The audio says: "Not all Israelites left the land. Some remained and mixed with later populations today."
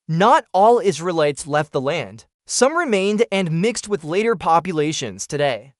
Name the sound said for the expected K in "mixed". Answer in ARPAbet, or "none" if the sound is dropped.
K